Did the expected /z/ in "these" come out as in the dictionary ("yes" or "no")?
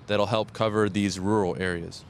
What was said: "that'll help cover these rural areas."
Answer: yes